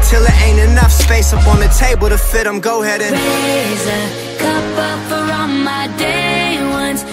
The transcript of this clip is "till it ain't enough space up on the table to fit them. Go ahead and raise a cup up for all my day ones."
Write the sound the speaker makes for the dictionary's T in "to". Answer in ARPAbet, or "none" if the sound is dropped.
T